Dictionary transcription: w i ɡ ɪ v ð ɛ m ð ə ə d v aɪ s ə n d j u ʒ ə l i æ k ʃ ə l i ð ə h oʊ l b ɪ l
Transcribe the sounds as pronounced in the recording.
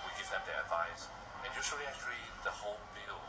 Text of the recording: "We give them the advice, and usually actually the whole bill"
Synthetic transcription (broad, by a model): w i ɡ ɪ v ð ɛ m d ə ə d v aɪ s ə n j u s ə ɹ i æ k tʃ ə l i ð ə h oʊ l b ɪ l